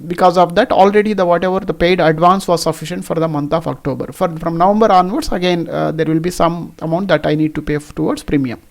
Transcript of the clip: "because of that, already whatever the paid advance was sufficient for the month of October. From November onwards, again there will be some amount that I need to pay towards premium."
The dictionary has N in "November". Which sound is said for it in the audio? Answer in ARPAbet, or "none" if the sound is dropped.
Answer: N